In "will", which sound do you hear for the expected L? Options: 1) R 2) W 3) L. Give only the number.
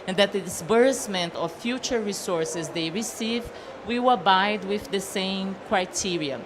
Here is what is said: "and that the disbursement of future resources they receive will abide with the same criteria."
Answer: 2